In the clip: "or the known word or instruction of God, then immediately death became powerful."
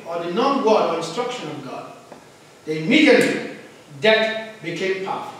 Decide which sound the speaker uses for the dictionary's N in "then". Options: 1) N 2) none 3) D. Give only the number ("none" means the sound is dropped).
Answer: 2